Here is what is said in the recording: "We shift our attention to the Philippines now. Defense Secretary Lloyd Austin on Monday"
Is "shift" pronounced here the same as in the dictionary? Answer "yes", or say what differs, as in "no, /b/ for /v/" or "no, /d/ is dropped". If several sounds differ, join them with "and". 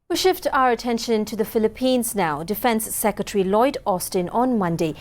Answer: yes